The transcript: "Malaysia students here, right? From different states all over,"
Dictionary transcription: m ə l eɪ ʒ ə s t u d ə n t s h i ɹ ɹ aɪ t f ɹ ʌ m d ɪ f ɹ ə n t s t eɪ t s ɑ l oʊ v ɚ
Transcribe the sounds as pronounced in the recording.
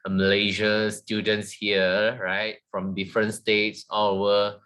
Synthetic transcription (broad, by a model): m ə l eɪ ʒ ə s t u d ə n t s h i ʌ ɹ aɪ t f ɹ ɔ m d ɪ f ɹ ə n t s t eɪ t s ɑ w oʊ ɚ